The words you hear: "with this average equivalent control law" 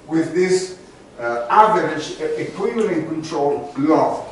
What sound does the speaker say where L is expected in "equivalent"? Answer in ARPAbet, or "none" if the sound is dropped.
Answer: N